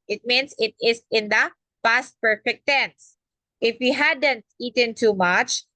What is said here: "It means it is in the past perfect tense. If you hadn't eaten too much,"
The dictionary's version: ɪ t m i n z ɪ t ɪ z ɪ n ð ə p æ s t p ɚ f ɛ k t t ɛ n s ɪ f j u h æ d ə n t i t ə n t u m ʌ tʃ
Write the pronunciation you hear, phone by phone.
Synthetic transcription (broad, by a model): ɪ t m i n s ɪ t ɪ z ɪ n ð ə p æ s t p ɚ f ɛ k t t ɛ n s ɪ f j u h æ d ə n t i t ə n t u m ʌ tʃ